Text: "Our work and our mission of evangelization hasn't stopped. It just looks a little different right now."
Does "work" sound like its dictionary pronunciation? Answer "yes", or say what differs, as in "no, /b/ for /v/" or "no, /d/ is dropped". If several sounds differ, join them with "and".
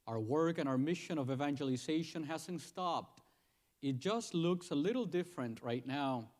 yes